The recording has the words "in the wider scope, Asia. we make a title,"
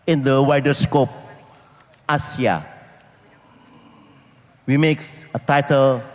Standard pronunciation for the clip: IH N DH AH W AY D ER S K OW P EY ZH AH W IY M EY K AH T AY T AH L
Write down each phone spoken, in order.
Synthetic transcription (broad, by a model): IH N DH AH W AY D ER S K OW P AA S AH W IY M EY K AH T AY T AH L